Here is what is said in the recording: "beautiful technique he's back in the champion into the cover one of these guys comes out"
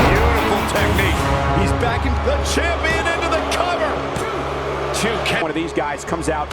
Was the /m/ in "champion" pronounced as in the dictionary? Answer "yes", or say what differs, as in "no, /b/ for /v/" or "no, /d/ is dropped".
no, /m/ is dropped